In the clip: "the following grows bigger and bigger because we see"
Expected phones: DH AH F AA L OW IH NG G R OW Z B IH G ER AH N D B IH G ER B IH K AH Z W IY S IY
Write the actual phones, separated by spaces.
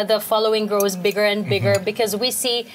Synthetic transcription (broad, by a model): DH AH F AA L OW IH NG G R OW Z B IH G ER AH N B IH G ER B IH K AH Z W IY S IY